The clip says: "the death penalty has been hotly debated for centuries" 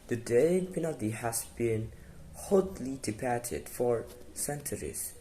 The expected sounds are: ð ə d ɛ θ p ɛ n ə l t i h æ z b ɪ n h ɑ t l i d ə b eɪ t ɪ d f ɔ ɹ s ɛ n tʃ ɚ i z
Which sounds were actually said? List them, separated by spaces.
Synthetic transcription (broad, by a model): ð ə d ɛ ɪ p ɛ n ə t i h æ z b ɪ n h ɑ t l i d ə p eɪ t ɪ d f ɔ ɹ s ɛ n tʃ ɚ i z